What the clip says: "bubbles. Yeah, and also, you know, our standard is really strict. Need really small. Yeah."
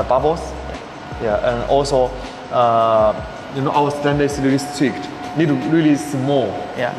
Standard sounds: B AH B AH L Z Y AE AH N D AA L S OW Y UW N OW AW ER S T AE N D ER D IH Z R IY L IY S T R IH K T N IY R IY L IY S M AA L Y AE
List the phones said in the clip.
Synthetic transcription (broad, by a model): B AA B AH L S Y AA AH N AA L S OW Y UW N OW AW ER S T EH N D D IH S R IY L IY S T IH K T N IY R IY L IY S M AA L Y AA